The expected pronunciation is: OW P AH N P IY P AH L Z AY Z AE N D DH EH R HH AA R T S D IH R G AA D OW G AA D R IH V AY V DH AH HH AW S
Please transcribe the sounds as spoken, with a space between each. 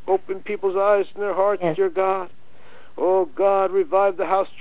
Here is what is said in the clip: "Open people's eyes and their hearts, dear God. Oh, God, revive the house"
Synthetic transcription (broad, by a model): OW P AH N P IY P L Z AY Z N DH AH R HH AA R T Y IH R G AA D OW G AA D R IH V AY V DH AH HH AW S